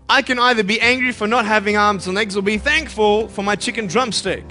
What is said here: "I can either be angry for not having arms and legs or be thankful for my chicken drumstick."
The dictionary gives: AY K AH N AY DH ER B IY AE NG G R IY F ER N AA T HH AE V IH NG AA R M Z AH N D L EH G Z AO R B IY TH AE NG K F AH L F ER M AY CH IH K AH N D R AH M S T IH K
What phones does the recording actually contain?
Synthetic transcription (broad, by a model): AY K AH N AY DH ER B IY AE NG G R IY F ER N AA T HH AE V IH NG AA R M Z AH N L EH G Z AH L B IY TH AE NG K F AH L F ER M AY CH IH K AH N D R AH M S T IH K